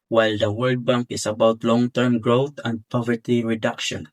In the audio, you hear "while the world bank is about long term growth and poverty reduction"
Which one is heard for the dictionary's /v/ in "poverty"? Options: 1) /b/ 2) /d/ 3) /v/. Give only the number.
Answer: 3